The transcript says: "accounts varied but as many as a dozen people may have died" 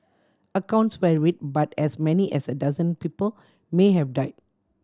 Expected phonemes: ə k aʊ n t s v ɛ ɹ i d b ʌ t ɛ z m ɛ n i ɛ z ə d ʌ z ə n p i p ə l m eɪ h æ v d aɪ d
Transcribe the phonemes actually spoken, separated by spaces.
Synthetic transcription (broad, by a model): ə k aʊ n t s w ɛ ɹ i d b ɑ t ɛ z m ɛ n i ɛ s ə d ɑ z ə n p i p ə l m eɪ h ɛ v d aɪ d